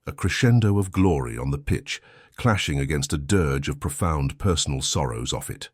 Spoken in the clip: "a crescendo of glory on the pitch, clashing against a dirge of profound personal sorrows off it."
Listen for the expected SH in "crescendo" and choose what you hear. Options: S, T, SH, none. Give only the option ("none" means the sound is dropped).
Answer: SH